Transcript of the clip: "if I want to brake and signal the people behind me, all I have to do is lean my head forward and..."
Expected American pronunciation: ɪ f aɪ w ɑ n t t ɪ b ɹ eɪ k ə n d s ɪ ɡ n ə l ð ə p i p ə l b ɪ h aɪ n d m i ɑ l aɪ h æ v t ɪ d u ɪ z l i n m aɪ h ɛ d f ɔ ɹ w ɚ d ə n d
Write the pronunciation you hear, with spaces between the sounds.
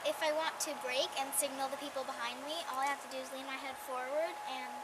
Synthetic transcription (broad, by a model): ɪ f aɪ w ɑ n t t ɪ b ɹ eɪ k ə n s ɪ ɡ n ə l ð ə p i p l b ɪ h aɪ n d m i ɑ l aɪ h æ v t ɪ d u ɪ z l i n m aɪ h ɛ d f ɔ ɹ w ɚ d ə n